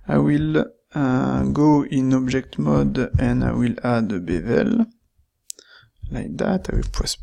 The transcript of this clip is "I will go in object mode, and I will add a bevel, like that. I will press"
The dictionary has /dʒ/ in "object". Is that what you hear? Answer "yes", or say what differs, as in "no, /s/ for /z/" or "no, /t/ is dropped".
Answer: no, /ʒ/ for /dʒ/